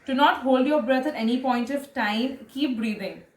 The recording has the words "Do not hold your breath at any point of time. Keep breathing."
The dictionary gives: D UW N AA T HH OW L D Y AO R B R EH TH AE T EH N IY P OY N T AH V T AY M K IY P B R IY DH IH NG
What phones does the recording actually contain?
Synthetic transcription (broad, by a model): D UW N AA T HH OW L D Y AO R B R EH T AE T EH N IY P OY N T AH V T AY M K IY P B R IY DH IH NG